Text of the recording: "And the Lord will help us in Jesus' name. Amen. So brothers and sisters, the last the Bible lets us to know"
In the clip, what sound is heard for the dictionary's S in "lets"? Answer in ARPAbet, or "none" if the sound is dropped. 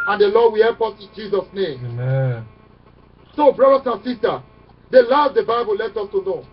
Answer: none